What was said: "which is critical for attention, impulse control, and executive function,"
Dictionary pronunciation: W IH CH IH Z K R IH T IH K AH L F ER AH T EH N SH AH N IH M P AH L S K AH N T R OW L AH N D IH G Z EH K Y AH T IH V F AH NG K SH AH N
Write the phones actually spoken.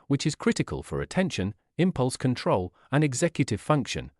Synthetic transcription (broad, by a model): W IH CH IH Z K R IH T IH K AH L F ER AH T EH N SH AH N IH M P AH L S K AH N T R OW L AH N IH G Z EH K Y AH T IH V F AH NG K SH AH N